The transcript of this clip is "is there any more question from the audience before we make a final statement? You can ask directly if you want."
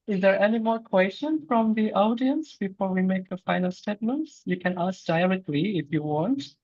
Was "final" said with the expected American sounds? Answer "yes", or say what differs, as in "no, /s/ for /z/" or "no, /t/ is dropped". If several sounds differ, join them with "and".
yes